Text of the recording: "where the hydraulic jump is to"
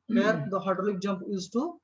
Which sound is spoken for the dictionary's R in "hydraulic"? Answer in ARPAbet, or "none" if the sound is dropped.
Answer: none